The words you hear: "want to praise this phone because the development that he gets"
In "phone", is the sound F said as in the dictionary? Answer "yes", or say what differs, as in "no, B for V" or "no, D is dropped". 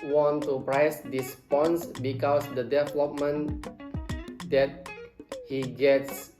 no, P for F